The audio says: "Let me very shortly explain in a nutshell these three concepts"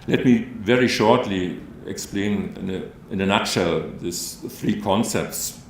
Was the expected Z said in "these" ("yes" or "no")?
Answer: no